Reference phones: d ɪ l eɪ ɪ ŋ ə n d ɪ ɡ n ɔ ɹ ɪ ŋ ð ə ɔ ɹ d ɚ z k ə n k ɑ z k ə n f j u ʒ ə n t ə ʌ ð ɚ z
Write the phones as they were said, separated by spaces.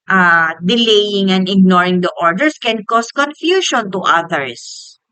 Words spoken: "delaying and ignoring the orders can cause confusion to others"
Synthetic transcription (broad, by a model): d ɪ l eɪ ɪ ŋ ə n d ɪ ɡ n ɔ ɹ ɪ ŋ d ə ɔ ɹ d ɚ s k ə n k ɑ s k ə n f j u ʃ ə n t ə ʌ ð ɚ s